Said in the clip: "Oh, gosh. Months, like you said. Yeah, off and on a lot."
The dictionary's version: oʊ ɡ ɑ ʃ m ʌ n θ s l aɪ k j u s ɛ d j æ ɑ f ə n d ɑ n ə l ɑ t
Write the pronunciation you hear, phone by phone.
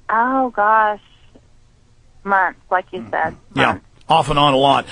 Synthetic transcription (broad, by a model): oʊ ɡ ɑ ʃ m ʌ n t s l aɪ k j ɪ s ɛ d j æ ɑ f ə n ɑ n ə l ɑ t